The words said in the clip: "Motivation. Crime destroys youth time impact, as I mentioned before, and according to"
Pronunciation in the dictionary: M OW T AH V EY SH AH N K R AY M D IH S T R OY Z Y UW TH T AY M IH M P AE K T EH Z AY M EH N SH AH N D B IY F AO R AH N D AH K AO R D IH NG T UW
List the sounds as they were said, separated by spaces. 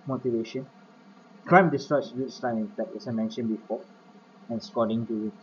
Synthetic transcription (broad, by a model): M OW T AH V EY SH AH N K R AY M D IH S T R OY S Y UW S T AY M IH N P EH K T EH S AY M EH N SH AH N B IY F AO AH N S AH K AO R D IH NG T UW